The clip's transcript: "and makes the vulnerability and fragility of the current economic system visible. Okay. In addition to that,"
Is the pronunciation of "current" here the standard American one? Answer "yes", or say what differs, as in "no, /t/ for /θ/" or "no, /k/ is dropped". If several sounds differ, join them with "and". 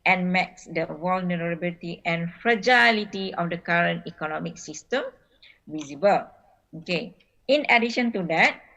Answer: yes